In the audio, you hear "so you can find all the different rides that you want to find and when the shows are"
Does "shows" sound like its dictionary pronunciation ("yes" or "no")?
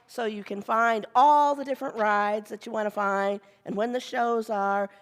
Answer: yes